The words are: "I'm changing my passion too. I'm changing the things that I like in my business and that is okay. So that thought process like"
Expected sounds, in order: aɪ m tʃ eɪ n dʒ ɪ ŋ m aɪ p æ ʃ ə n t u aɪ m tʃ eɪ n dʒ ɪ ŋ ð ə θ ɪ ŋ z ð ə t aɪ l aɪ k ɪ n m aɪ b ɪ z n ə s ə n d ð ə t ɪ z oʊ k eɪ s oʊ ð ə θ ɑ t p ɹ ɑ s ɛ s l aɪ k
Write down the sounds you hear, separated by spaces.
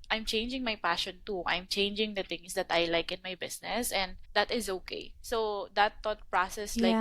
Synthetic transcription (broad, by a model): aɪ m tʃ eɪ n dʒ ɪ ŋ m aɪ p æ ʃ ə n t u aɪ m tʃ eɪ n dʒ ɪ ŋ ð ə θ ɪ ŋ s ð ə t aɪ l aɪ k ɪ n m aɪ b ɪ s n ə s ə n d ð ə t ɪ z oʊ k eɪ s oʊ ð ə t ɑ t p ɹ ɑ s ɛ s l aɪ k